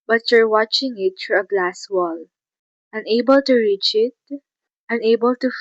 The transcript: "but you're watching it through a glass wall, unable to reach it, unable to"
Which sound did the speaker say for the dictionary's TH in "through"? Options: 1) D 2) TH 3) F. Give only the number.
3